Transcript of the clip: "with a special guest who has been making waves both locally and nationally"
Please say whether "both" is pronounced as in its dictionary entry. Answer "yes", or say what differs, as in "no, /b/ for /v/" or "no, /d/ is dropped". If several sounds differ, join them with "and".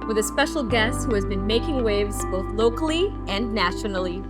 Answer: yes